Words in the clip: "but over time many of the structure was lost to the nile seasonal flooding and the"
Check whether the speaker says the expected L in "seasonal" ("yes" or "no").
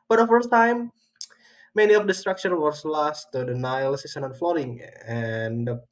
no